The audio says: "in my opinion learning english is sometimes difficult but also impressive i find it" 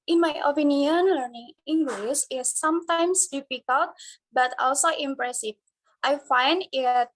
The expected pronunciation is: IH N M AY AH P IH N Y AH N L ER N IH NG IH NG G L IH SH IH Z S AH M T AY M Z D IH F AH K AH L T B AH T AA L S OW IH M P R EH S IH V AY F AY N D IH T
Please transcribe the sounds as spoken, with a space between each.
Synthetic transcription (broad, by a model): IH N M AY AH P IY N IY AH N L ER N IH NG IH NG G L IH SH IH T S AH M T AY M S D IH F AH K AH L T B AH T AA L S OW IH M P R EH S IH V AY F AY N D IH T